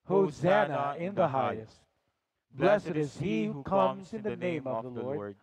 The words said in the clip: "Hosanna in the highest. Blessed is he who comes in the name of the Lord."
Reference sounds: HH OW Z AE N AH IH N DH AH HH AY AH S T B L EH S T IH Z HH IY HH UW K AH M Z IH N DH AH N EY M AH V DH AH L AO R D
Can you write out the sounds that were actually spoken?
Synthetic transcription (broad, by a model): HH OW Z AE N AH IH N DH AH HH AY AH S T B L EH S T IH Z HH IY HH UW K AH M Z IH N DH AH N EY M AH V DH AH L AO R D